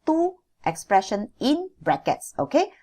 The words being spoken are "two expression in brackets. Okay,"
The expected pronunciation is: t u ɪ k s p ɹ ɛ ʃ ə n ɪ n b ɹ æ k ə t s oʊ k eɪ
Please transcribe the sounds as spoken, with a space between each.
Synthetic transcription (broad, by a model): t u ɪ k s p ɹ ɛ ʃ ə n ɪ n b ɹ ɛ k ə t s oʊ k eɪ